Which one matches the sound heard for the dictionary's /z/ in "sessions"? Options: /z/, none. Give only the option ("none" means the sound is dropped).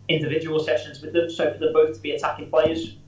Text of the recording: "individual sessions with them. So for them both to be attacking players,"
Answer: /z/